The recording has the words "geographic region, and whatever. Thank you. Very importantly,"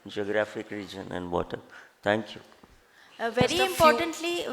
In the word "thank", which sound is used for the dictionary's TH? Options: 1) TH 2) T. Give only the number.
2